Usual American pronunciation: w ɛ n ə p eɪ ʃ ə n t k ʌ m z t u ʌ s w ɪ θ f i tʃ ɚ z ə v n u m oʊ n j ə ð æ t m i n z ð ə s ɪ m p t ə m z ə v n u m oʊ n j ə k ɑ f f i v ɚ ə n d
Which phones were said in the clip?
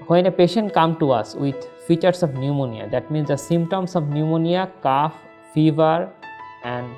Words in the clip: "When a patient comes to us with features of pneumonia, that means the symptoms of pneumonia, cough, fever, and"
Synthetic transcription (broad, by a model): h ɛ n ə p eɪ ʃ ə n t k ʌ m t u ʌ s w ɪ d f i tʃ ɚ s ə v n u m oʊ n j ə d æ t m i n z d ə s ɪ m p t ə m s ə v n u m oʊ n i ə k ɑ f f i v ɚ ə n d